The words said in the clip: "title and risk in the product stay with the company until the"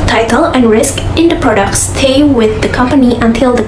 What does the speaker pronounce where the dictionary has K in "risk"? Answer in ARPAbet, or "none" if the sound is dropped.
K